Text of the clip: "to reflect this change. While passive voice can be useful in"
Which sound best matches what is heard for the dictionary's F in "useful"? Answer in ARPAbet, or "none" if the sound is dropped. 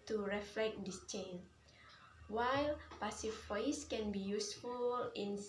F